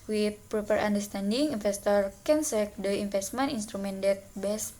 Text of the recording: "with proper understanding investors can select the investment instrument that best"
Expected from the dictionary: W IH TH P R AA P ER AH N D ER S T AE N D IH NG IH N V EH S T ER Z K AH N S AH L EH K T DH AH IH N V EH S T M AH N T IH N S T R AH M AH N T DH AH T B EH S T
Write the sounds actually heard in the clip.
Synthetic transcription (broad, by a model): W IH P R AA P ER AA N D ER S T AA N D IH NG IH N F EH S T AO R K AH N S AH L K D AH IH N F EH S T M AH N IY N S T R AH M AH N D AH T B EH S